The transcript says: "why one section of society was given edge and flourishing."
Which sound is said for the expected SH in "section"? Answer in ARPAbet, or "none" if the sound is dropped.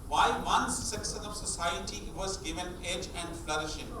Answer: S